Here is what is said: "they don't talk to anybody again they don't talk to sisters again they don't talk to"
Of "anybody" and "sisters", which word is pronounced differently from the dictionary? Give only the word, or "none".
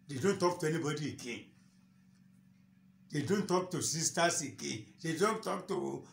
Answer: sisters